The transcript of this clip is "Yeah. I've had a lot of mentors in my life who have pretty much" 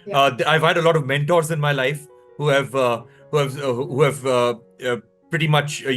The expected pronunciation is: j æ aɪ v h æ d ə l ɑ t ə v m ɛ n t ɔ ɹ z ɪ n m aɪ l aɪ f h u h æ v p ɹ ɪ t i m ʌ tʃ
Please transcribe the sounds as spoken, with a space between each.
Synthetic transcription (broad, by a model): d aɪ v h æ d ə l ɑ t ə v m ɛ n t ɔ ɹ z ɪ n m aɪ l aɪ f h u h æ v p ɹ ɪ t i m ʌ tʃ